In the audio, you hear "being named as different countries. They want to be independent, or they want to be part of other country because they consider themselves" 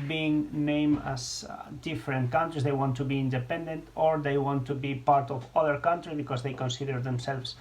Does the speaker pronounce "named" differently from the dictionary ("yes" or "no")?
yes